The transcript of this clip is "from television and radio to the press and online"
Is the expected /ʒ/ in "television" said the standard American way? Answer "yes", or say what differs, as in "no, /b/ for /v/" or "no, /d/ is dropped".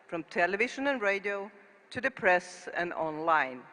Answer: no, /ʃ/ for /ʒ/